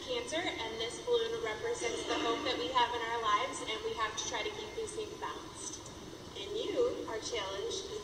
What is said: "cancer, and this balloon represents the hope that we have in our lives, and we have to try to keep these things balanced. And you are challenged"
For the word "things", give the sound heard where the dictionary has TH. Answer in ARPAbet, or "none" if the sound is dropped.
S